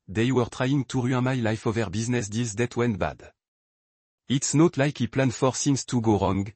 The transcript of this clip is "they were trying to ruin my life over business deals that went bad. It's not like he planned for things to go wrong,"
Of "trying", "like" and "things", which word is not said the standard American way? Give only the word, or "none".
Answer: things